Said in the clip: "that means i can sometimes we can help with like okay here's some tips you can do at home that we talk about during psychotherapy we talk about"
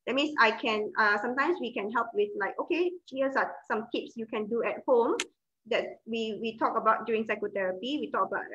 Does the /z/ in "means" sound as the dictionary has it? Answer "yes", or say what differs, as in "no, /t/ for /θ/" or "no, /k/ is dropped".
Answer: no, /s/ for /z/